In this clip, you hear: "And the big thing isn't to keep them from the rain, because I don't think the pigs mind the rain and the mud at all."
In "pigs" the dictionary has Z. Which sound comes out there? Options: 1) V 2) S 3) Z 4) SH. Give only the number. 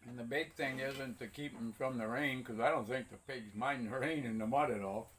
3